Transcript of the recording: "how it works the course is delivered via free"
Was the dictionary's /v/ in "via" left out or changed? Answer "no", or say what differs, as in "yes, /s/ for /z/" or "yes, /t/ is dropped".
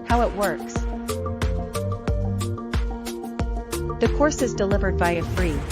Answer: yes, /b/ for /v/